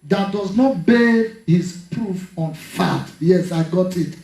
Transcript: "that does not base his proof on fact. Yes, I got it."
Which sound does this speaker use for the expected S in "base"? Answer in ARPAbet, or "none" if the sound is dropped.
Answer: none